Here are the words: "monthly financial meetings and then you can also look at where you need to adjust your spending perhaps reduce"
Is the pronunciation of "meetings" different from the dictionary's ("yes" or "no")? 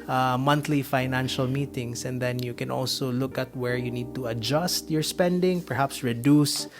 yes